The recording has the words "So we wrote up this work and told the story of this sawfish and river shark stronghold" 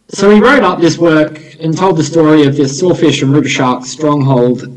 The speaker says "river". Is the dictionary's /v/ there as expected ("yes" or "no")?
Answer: no